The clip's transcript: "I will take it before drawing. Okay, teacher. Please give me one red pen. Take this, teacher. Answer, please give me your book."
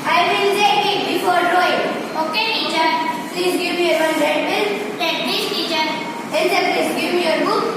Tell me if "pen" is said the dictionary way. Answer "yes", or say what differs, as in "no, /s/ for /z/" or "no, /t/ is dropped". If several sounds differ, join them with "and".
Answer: no, /l/ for /n/